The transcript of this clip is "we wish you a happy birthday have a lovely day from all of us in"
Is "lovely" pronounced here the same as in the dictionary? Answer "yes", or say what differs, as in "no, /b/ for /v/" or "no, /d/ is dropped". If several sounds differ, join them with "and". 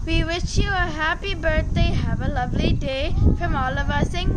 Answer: yes